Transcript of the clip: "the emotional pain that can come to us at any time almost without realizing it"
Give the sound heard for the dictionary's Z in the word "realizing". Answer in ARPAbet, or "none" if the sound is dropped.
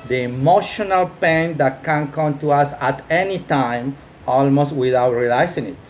S